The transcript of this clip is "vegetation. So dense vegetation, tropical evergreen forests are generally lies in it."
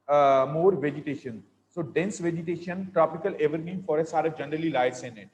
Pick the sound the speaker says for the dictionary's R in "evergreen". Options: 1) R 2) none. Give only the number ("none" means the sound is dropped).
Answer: 2